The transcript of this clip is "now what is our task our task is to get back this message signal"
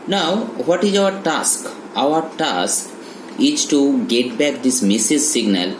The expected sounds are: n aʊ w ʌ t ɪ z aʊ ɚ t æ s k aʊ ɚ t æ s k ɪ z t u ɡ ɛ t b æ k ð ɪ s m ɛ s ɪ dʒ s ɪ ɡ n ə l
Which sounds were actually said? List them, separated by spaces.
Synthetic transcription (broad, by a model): n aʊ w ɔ t ɪ z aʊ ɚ t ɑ s k aʊ ɚ t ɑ s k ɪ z t u ɡ ɛ t b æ k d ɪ s m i s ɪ z s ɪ ɡ n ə l